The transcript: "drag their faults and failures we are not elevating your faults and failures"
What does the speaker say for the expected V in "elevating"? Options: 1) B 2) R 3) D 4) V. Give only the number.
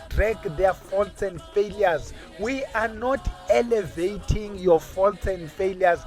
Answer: 4